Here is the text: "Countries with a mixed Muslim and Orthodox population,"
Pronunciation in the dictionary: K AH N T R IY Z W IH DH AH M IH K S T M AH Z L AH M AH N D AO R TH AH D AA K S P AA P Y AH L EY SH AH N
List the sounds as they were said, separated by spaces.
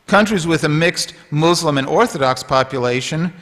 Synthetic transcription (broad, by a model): K AH N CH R IY Z W IH DH AH M IH K S T M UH Z L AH M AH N AO R TH AH D AA K S P AA P Y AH L EY SH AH N